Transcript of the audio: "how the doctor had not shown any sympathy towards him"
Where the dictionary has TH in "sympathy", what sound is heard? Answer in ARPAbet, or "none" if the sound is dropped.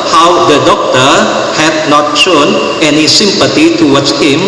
T